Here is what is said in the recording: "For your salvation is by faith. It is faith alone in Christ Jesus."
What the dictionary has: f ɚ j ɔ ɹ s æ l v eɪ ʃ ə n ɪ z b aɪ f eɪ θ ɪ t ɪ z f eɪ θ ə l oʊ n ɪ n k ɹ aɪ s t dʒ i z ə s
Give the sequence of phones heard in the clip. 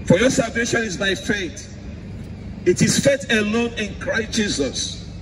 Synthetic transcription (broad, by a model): f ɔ j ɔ s æ l v eɪ ʃ ə n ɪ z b aɪ f eɪ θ ɪ t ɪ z f eɪ t ə l oʊ n ɪ n k ɹ aɪ s t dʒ i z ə s